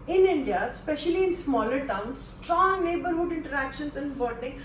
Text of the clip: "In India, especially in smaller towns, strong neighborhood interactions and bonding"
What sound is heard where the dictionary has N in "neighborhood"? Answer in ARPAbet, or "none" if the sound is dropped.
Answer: N